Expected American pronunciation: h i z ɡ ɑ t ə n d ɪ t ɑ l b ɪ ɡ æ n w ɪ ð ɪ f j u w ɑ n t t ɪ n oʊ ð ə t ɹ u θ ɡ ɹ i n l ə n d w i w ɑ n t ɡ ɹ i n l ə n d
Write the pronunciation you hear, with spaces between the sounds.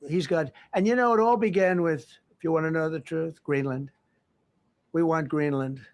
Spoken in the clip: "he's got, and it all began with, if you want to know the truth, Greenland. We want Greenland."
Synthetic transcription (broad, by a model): h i z ɡ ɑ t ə n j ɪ t ɑ l b ɪ ɡ æ n w ɪ ð ɪ f j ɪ w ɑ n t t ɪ n oʊ ð ə t ɹ u θ ɡ ɹ i n l ə n d w i w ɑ n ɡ ɹ i n l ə n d